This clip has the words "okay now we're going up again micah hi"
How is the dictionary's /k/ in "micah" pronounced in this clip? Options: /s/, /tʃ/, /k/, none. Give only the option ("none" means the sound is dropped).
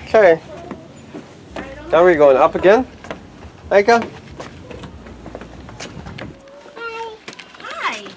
none